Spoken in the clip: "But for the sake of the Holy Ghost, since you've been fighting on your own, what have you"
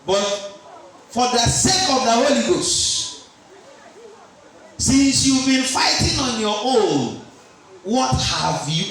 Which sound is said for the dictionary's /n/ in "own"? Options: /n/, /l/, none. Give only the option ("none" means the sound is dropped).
/l/